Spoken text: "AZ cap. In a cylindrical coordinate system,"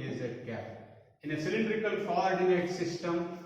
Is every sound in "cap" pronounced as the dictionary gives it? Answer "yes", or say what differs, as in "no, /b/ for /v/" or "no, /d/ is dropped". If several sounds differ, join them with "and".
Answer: no, /p/ is dropped